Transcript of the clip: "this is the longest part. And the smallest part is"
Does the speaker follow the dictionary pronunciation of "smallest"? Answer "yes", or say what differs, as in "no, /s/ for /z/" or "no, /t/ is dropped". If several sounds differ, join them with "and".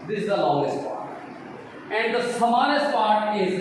no, /n/ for /l/